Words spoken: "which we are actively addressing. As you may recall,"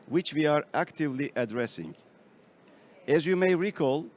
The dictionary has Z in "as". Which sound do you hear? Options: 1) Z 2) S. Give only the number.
1